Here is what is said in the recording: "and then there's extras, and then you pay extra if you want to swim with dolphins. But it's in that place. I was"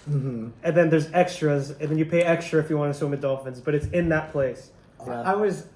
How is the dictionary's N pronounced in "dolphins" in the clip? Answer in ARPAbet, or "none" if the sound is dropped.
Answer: N